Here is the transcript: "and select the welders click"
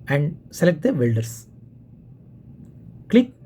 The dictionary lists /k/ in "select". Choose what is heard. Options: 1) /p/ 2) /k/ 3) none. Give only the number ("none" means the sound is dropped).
2